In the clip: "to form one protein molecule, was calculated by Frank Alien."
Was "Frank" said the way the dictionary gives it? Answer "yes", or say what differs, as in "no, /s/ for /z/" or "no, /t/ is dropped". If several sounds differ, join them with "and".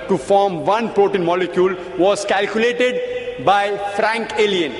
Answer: yes